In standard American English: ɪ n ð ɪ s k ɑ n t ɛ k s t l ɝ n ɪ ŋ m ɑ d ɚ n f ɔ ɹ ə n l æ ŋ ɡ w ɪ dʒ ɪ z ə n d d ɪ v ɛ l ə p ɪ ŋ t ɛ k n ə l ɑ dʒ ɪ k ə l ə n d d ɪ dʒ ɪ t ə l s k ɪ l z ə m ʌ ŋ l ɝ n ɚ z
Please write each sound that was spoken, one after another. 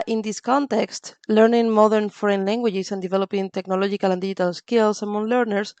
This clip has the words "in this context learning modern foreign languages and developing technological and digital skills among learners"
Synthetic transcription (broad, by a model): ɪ n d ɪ s k ɑ n t ɛ k s t l ɝ n ɪ ŋ m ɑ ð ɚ n f ɔ ɹ ə n l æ ŋ ɡ w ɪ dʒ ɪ s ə n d d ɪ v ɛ l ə p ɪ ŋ t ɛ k n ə l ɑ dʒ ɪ k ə l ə n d d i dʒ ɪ t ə l s k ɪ l s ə m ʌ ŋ l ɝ n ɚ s